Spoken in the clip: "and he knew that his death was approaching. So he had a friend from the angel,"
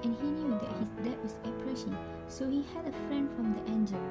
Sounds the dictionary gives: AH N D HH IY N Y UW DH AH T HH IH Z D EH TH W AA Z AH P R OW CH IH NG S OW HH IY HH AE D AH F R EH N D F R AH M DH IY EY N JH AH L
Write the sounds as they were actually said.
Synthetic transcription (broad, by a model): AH N HH IY N Y UW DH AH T HH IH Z D EH T W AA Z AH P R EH SH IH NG S OW HH IY HH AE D AH F R EH N D F R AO M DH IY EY N JH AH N